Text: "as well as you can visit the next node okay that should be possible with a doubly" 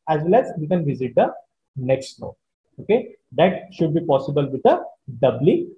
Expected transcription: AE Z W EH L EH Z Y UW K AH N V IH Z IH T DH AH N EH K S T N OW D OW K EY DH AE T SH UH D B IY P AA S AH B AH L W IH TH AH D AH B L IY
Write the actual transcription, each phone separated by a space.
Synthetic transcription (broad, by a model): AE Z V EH L EH Z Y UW K AH N V IH Z IH T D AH N EH K S T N OW OW K EY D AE T SH UH D B IY P AA S AH B AH L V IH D AH D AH B L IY